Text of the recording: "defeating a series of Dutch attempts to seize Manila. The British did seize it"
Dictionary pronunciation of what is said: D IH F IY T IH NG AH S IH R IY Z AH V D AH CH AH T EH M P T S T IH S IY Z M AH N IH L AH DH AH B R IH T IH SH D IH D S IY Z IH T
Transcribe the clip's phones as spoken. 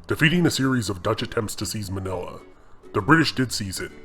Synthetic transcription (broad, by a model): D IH F IY T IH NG AH S IH R IY Z AH V D AH CH AH T EH M P T S T IH S IY Z M AH N IH L AH DH AH B R IH T IH SH D IH D S IY Z IH T